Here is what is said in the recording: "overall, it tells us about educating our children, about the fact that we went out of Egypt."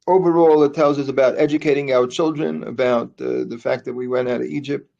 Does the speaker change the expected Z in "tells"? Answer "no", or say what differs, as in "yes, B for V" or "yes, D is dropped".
no